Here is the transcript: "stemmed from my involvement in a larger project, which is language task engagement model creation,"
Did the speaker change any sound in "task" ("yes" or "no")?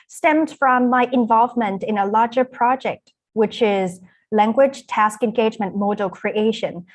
no